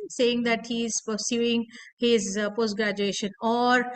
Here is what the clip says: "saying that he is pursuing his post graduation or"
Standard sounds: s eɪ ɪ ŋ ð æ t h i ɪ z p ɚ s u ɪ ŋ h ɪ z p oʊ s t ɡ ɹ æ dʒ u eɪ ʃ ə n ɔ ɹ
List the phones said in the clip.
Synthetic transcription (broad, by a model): s eɪ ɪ ŋ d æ t h i ɪ z p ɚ s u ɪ ŋ h ɪ z p oʊ s t ɡ ɹ æ dʒ u eɪ ʃ ə n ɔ ɹ